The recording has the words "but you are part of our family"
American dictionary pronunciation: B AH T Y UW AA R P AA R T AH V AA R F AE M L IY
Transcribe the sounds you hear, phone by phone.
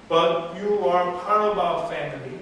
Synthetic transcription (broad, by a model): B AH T Y UW AA R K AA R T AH B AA F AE M L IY